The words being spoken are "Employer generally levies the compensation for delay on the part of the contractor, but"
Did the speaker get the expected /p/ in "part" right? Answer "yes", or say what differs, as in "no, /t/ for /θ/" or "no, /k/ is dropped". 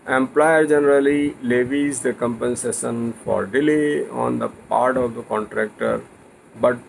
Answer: yes